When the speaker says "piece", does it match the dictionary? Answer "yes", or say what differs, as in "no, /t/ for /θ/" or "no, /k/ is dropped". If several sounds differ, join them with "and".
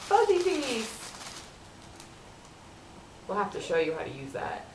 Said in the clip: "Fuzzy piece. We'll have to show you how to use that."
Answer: no, /s/ is dropped